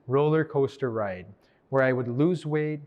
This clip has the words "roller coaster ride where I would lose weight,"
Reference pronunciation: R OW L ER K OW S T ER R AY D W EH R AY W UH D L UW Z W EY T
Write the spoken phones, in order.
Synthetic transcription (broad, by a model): R OW L ER K OW S T ER R AY D W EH R AY W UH D L UW Z W EY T